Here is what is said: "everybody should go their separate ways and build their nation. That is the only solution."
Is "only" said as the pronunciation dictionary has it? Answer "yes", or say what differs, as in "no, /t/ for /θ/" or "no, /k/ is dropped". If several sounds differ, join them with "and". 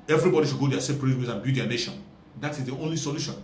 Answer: yes